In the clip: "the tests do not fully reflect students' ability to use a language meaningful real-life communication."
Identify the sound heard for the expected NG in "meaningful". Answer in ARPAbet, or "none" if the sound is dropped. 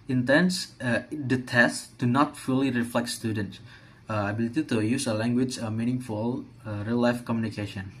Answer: NG